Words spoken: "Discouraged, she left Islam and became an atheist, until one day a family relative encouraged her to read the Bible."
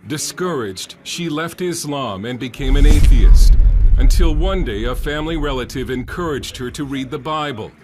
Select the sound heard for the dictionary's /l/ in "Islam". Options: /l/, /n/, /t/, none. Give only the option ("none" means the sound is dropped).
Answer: /l/